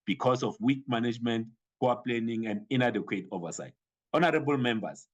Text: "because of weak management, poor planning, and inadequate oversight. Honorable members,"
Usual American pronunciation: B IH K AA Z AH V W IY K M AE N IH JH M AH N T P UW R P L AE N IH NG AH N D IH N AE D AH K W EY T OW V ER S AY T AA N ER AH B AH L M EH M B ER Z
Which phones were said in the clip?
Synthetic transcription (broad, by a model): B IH K AA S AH F W IY K M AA N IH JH M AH N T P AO W P L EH N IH NG AH N D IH N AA D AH K W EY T OW V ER S AY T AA N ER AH B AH L M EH M B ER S